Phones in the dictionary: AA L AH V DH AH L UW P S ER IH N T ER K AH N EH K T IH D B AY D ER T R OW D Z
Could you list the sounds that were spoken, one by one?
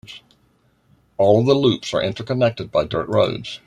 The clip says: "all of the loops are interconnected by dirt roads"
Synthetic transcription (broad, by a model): AA L AH V DH AH L UW P S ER IH N T ER K AH N EH K T IH D B AY D ER T R OW D Z